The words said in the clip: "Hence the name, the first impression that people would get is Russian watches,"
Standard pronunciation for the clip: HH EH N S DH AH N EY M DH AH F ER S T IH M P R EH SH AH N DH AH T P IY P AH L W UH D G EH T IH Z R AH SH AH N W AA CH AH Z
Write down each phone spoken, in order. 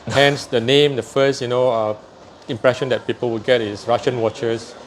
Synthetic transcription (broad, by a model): HH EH N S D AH N EY M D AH F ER S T IH M P R EH SH AH N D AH T P IY P AH L W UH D G EH T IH S R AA SH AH N W AA CH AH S